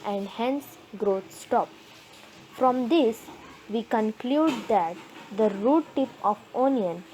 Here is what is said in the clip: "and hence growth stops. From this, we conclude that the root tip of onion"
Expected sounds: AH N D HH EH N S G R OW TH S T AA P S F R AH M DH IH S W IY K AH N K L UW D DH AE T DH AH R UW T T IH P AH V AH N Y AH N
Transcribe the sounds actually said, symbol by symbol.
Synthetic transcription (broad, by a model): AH N D HH EH N S G R OW T S T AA P F R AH M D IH S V IY K AH N K L UW D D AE T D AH R UW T T IH P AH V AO N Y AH N